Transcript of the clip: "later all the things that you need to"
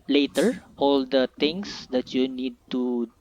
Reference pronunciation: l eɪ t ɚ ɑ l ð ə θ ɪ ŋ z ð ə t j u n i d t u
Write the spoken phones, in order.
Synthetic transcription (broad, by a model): l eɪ t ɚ ɑ l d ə t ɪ ŋ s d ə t j u n i d t u